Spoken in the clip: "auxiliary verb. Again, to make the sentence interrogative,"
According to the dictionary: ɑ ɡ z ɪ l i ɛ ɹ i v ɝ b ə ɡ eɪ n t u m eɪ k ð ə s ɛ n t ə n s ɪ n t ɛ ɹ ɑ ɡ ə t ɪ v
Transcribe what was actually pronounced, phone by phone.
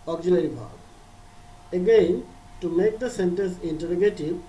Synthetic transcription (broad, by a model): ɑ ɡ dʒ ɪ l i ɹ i b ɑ ə ɡ eɪ n t u m eɪ k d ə s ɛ n t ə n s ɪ n t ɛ ɹ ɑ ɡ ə t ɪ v